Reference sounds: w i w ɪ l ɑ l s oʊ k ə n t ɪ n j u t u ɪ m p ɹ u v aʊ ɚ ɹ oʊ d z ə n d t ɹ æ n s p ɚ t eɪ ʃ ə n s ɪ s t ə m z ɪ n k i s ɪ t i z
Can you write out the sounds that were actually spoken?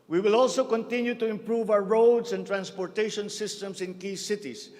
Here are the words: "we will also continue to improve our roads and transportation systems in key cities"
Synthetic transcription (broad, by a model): w i w ɪ l ɑ l s oʊ k ə n t ɪ n j u t u ɪ m p ɹ u v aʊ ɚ ɹ oʊ d s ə n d t ɹ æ n s p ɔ t eɪ ʃ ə n s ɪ s t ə m s ɪ n k i s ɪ t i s